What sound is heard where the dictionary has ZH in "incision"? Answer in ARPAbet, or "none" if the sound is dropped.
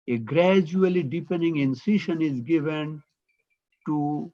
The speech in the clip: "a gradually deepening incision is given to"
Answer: SH